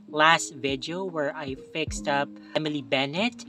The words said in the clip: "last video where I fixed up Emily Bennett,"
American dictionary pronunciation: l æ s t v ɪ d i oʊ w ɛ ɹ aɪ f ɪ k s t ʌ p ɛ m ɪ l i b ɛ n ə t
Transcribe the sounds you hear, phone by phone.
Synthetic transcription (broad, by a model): l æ s t v ɪ d i oʊ w ɛ ɹ aɪ f ɪ k s t ʌ p ɛ m ɪ l i b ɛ n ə t